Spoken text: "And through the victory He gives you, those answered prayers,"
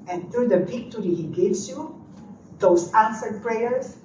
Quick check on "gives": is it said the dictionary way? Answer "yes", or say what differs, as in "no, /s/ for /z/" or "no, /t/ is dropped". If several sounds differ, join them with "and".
no, /s/ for /z/